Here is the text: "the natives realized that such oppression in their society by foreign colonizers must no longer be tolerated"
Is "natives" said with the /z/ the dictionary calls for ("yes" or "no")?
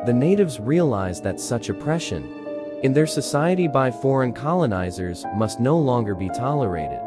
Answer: yes